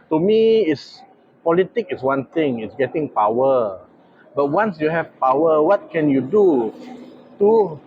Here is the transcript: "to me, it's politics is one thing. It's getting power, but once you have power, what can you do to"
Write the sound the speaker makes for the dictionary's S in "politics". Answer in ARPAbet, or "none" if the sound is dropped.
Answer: none